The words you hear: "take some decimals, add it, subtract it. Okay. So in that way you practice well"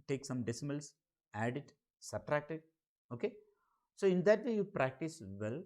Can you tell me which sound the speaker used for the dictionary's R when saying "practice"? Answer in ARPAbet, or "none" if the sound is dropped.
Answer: R